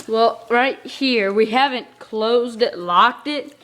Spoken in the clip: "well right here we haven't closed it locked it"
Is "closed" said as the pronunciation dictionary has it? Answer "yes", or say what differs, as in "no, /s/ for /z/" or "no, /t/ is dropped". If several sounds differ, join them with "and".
yes